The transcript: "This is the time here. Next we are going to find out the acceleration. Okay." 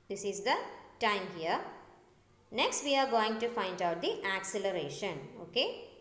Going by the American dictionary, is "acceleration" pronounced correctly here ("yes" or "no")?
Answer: yes